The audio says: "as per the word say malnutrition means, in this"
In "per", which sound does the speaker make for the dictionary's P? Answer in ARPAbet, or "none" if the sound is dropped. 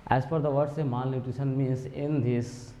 F